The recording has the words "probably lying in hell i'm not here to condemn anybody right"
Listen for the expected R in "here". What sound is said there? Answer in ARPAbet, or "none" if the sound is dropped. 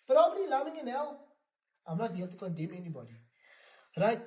L